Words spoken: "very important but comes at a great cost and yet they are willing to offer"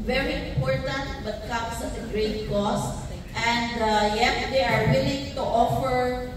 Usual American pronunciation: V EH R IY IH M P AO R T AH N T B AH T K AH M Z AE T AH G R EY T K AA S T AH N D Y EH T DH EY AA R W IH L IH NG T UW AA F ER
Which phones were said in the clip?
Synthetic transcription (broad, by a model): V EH R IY IH M P AO R T AH N T B AH T K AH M S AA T AH G R EY T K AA S T AH N D Y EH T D EY AA R W IH L IH NG T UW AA F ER